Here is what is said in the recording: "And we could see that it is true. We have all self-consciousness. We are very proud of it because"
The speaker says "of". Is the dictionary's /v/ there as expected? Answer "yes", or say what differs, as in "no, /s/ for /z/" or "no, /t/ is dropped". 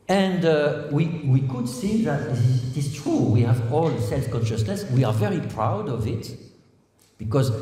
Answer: yes